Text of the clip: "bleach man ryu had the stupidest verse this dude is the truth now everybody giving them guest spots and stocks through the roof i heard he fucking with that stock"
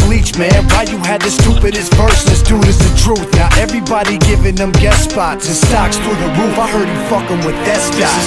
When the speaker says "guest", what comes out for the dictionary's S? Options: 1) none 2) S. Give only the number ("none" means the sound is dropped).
1